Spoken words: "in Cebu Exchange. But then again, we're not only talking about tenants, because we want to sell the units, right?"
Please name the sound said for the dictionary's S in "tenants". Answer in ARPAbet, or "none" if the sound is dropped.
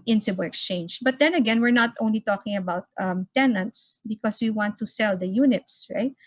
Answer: S